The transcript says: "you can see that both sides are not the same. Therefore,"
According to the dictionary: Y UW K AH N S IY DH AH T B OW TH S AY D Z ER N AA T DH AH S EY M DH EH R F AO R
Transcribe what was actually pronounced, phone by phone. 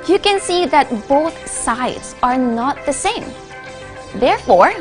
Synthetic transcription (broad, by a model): Y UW K AH N S IY DH AH T B OW TH S AY D Z ER N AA T DH AH S EY M DH EH R F AO R